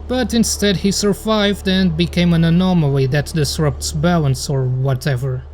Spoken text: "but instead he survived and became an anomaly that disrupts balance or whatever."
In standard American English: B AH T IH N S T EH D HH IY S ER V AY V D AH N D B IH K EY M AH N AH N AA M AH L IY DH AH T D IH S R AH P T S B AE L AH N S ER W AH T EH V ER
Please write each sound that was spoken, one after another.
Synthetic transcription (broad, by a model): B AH T IH N S T EH D HH IY S ER V AY V D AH N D B IH K EY M AH N AH N AA M AH L IY DH AH T D IH S R AH P T S B AE L AH N S ER W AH T EH V ER